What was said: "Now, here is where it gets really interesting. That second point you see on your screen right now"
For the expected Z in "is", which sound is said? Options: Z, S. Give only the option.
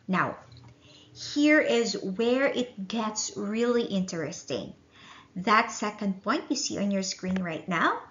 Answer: Z